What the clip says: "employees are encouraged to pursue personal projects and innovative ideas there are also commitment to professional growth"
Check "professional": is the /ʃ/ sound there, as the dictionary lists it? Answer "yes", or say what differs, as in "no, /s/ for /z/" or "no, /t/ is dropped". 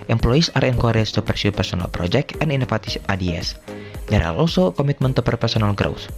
no, /s/ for /ʃ/